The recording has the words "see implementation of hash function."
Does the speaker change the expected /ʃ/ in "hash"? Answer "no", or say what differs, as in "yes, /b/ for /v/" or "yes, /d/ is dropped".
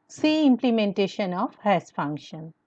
yes, /s/ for /ʃ/